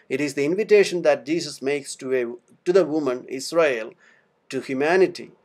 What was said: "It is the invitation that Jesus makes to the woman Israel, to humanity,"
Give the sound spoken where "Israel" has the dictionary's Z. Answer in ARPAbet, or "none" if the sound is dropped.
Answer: S